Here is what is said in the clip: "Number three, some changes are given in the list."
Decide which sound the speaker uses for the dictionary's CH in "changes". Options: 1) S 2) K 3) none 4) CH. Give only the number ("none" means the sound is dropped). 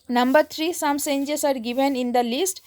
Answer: 1